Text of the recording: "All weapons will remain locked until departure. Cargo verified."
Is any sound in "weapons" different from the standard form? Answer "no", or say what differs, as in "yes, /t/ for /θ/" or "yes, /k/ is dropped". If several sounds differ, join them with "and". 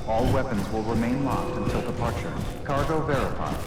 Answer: no